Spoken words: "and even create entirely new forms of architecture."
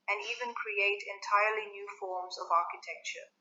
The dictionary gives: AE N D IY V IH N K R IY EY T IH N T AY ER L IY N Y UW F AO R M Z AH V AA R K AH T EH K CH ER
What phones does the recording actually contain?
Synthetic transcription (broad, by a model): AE N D IY V IH N K R IY EY T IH N T AY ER L IY N Y UW F AO R M Z AH V AA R K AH T EH K CH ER